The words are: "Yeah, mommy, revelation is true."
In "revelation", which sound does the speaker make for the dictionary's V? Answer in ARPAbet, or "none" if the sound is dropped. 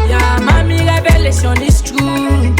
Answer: B